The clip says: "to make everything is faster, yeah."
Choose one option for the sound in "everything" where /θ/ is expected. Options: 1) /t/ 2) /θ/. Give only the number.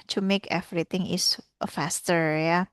1